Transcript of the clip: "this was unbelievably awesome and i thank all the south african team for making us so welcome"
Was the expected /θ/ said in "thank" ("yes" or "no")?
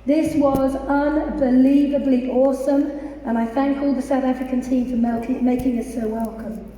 yes